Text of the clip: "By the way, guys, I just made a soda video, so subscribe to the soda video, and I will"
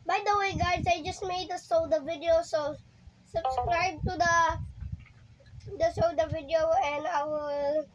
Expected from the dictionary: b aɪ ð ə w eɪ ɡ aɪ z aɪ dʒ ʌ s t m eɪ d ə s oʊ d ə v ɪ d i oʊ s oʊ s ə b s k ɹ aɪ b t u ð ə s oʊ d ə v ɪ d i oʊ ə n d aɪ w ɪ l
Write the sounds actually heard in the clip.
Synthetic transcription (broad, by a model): b aɪ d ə w eɪ ɡ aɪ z aɪ dʒ ʌ s t m eɪ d ə s oʊ d ə v ɪ d i oʊ s oʊ s ə b s k ɹ aɪ b t u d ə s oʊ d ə v ɪ d i oʊ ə n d aɪ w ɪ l